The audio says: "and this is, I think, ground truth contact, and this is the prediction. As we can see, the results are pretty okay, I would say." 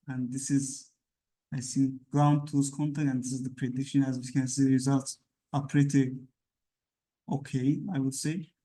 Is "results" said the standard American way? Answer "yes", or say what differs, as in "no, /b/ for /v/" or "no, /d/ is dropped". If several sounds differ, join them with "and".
yes